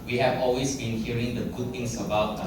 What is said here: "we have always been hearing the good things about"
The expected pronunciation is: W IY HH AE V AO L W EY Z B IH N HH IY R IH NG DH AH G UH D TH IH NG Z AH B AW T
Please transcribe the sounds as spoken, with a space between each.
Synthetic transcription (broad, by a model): W IY HH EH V AO L W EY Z B IH N HH IY R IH NG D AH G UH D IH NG S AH B AW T